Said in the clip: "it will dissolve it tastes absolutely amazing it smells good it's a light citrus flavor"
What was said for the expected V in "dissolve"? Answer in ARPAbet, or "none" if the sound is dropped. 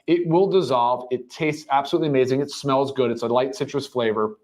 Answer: V